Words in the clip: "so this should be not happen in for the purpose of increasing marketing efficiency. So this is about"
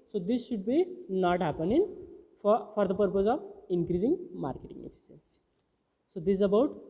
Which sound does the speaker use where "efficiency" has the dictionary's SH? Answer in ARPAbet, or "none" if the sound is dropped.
S